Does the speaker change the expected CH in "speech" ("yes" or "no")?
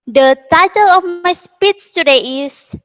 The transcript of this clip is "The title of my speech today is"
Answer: yes